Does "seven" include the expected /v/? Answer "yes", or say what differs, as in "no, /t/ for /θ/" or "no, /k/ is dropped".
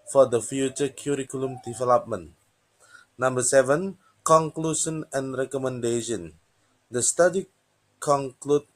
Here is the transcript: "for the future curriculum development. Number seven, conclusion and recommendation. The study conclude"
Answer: yes